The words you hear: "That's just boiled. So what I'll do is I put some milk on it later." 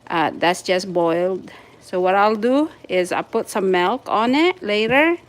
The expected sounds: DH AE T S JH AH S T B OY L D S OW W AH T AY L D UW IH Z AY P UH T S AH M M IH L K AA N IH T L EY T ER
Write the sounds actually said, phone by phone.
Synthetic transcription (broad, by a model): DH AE T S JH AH S B OY L D S OW W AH T AY L D UW IH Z AY P UH T S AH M M IH L K AA N IH T L EY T ER